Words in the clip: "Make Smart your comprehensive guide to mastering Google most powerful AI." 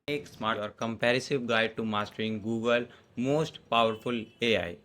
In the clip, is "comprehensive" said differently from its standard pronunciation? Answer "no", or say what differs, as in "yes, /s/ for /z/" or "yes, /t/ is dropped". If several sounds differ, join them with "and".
yes, /ɹ/ is dropped and /n/ is dropped